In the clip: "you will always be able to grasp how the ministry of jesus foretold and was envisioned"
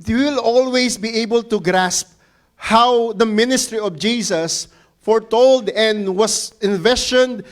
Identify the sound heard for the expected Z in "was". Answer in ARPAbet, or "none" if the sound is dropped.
S